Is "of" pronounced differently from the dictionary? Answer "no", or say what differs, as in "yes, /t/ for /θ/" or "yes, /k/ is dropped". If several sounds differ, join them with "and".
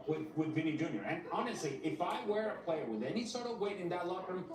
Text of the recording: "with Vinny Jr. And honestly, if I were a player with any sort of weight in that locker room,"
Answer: no